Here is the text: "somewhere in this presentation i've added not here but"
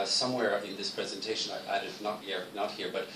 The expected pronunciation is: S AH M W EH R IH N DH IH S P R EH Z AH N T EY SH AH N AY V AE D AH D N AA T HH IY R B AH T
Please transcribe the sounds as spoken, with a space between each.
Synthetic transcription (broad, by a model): S AH M W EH R IH N DH IH S P R EH Z AH N T EY SH AH N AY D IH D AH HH N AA T HH IY R B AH T